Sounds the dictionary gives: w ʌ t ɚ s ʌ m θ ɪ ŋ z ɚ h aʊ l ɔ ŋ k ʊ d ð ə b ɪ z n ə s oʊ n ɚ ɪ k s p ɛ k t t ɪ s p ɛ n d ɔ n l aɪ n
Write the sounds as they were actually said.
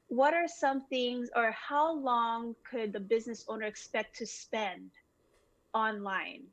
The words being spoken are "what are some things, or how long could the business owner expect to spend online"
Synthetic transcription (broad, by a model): w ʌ t ɚ s ʌ m θ ɪ ŋ z ɚ h aʊ l ɔ ŋ k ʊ d ð ə b ɪ z n ə s oʊ n ɚ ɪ k s p ɛ k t t ɪ s p ɛ n d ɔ n l aɪ n